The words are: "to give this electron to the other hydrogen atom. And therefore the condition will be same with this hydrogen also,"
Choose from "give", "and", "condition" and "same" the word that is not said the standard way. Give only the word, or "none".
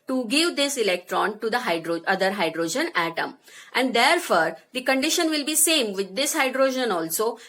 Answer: none